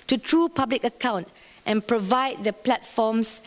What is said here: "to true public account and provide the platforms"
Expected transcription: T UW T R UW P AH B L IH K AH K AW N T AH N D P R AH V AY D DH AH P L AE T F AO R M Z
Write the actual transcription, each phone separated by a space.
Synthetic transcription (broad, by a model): T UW T R UW P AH B L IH K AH K AW N T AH N P R AH V AY D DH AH P L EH T F AO M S